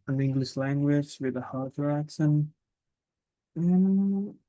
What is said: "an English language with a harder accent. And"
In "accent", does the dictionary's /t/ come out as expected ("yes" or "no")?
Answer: no